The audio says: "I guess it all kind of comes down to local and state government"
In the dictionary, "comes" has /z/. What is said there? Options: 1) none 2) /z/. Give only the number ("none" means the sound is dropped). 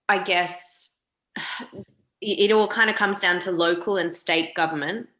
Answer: 2